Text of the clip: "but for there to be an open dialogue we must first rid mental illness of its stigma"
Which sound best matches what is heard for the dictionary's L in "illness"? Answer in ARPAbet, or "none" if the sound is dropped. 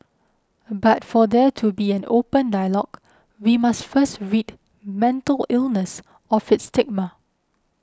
L